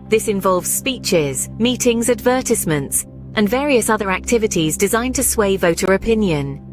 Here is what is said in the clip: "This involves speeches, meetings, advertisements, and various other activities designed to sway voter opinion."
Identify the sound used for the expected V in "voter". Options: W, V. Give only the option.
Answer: V